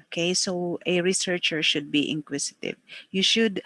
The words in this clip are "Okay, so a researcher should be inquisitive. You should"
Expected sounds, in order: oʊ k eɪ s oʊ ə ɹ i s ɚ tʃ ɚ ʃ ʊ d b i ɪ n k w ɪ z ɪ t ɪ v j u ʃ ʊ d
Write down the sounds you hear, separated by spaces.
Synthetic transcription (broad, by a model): k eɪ s oʊ ə ɹ i s ɚ tʃ ɚ ʃ ʊ d b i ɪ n k w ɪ s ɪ t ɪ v j u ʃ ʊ d